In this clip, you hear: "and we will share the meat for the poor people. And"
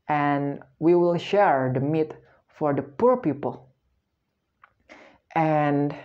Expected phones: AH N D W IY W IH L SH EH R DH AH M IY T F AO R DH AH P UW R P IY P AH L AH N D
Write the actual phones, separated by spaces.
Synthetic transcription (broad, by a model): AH N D W IY W IH L SH EH R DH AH M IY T F AO R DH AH P UW R P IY P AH L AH N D